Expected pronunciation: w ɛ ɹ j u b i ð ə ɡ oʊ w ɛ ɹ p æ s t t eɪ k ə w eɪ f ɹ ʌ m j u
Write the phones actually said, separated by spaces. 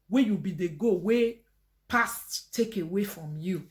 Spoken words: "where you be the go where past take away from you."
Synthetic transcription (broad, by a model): w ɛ j u b i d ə ɡ oʊ w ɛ p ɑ s t t eɪ k ə w eɪ f ɹ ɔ m j u